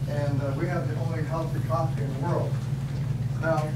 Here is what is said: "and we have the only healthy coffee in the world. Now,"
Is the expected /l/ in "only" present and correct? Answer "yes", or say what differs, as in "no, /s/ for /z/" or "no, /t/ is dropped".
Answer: yes